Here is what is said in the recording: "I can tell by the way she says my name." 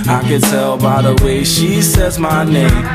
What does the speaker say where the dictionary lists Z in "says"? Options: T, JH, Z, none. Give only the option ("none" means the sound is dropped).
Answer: Z